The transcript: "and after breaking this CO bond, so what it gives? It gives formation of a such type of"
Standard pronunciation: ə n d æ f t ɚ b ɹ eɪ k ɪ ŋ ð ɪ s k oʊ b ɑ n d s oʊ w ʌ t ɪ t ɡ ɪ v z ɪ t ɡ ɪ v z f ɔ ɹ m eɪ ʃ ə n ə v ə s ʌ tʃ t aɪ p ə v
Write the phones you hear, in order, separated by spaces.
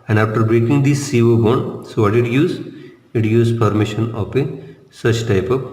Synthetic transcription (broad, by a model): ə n d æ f t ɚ b ɹ eɪ k ɪ ŋ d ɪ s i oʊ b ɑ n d s oʊ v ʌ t ɪ t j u z ɪ t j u z p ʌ ɹ m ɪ ʃ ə n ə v ə s ʌ tʃ t aɪ p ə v